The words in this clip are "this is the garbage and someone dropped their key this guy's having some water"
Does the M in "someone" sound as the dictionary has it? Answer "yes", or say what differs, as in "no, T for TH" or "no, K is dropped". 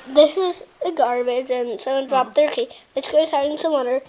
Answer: no, M is dropped